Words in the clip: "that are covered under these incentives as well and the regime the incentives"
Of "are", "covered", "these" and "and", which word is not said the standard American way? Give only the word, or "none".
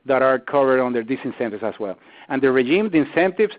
these